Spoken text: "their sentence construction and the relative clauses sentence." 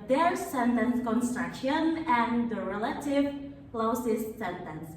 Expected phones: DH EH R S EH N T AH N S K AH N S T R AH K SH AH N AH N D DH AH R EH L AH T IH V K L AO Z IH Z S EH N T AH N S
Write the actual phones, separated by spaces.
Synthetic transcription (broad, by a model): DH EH R S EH N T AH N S K AH N S T R AH K SH AH N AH N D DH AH R EH L AH T IH V K L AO S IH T S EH N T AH N S